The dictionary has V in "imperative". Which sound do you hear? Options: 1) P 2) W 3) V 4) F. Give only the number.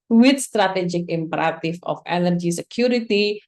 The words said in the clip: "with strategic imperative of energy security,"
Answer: 4